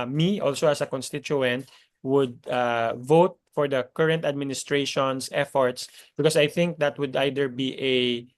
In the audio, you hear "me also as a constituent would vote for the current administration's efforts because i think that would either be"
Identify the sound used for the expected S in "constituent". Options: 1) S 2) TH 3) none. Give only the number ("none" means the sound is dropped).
1